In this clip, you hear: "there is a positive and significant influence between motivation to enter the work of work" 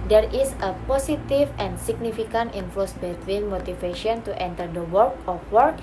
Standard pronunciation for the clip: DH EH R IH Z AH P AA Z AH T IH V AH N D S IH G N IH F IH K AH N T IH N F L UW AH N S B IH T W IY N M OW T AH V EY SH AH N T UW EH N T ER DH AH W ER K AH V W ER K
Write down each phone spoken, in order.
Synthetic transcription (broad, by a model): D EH R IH S AH P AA S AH T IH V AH N S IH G N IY F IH K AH N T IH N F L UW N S B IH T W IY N M OW T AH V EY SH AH N T UW EH N T ER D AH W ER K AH F W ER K